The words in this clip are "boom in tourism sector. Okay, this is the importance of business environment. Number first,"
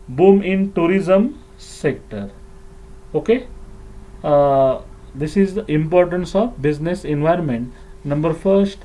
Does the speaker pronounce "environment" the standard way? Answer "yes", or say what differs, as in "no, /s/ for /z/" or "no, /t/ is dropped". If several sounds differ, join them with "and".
yes